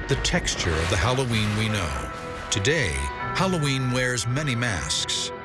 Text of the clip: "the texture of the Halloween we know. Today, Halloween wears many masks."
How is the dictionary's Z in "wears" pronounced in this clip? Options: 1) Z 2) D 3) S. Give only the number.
1